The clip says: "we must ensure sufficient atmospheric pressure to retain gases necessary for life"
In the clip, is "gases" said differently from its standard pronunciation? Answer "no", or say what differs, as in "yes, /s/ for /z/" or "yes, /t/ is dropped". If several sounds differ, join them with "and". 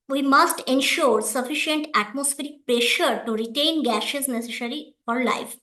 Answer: yes, /ʃ/ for /s/